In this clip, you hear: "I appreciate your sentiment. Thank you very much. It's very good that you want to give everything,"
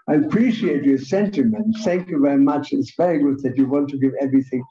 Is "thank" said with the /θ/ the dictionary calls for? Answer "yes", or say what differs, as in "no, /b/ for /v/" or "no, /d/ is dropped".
yes